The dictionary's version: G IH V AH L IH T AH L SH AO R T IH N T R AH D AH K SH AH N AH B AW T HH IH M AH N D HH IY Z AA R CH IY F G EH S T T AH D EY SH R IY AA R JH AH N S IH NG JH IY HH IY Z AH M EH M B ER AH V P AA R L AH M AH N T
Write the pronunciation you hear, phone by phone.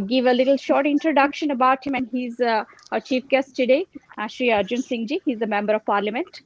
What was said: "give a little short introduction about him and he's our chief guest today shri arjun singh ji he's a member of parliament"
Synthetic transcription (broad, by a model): G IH V AH L IH T AH L SH AO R T IH N T R AH D AH K SH AH N AH B AW T HH IH M AH N D HH IY Z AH CH IY F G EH S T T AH D EY SH R IY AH R JH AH N S IH NG JH IY HH IY Z AH M EH M B ER AH V P AA R L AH M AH N T